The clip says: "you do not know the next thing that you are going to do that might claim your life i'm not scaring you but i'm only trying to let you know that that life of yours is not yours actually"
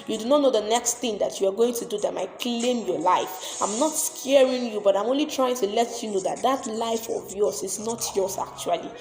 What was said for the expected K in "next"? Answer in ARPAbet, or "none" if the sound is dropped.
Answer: K